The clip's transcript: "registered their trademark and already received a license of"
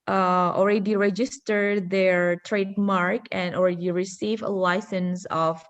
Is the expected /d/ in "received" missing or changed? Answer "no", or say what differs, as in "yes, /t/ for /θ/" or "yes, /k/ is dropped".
yes, /d/ is dropped